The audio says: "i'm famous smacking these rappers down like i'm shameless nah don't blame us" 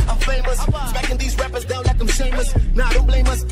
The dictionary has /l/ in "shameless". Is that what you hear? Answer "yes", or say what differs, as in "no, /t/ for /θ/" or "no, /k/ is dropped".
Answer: no, /l/ is dropped